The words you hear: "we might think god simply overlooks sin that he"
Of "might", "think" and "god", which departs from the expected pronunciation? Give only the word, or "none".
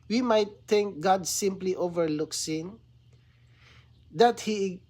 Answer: think